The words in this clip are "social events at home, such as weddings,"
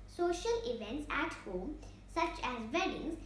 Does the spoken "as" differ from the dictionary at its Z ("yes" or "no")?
no